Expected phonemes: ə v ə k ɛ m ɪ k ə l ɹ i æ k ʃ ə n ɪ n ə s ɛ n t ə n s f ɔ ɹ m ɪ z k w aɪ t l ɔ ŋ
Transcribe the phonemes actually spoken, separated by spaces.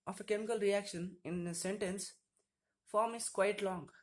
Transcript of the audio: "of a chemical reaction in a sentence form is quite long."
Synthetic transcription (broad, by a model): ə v ə k ɛ m ɪ k ə l ɹ i æ k ʃ ə n ɪ n ə s ɛ n t ə n s f ɔ ɹ m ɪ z k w aɪ t l ɔ ŋ